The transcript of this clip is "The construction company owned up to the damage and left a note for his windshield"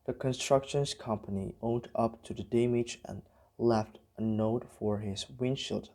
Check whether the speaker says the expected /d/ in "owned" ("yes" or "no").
yes